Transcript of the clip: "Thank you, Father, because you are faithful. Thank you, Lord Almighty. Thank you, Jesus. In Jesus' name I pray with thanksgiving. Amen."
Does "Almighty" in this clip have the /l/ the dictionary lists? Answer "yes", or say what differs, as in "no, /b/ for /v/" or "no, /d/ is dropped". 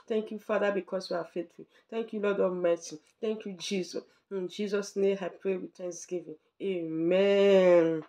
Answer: no, /l/ is dropped